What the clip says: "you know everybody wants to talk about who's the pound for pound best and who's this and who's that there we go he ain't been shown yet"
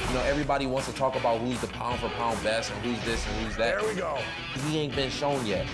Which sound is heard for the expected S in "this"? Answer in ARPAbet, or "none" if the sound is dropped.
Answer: S